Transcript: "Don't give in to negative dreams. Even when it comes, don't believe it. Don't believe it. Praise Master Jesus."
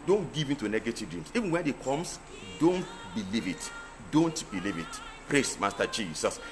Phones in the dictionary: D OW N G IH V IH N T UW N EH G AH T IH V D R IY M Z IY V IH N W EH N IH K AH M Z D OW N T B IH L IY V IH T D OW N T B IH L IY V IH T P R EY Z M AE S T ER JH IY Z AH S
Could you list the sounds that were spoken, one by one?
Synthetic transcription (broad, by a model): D OW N G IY V IH N T UW N EH G AH T IH V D R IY M S IY V IH N W EH N IH K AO M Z D OW N T B IH L IY V IH T D OW N T B IH L IY V IH T P R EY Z M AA S T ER JH IY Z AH S